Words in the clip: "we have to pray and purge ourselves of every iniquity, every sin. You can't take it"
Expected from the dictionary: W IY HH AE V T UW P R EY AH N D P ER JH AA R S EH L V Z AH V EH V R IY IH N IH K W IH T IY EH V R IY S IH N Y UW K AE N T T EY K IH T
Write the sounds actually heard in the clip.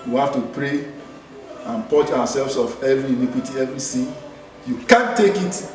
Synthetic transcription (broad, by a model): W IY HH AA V T UW P R EY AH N P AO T AA W S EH L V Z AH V EH V R IY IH N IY K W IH T IY EH V R IY S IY Y UW K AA N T T EY K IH T